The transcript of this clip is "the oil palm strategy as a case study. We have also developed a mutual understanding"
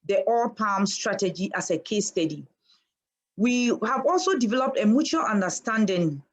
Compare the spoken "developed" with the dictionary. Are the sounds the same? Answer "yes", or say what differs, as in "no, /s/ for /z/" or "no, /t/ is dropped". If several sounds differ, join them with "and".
yes